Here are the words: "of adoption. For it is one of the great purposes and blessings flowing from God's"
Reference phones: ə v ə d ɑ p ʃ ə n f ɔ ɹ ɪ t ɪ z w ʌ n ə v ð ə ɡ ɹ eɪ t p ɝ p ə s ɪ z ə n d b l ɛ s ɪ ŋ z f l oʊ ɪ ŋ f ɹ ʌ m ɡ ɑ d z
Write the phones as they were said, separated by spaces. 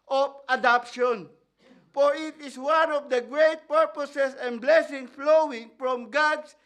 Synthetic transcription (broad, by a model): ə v ə d ɑ p ʃ ə n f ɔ ɹ ɪ t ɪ s w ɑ n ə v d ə ɡ ɹ eɪ t p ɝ p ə s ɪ s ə n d b l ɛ s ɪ ŋ f l oʊ ɪ ŋ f ɹ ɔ m ɡ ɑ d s